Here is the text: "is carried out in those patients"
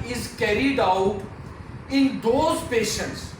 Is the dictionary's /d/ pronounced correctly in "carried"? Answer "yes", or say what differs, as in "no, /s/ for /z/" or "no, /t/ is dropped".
yes